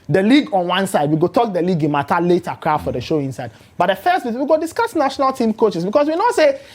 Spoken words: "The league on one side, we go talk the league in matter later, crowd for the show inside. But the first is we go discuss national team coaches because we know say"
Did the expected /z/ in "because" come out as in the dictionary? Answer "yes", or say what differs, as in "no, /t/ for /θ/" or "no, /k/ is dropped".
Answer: no, /s/ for /z/